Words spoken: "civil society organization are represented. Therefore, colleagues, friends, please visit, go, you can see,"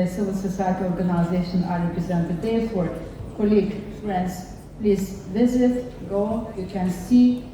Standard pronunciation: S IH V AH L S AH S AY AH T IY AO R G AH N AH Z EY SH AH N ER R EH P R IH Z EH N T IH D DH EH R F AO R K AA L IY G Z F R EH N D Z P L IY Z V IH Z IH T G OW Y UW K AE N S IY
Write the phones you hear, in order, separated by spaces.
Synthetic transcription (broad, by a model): S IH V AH L S AH S AY AH T IY AO R G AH N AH Z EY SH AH N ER R EH P R IH Z EH N T IH D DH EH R F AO R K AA L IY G F R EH N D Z P L IY Z V IH Z IH T G OW Y UW K AE N S IY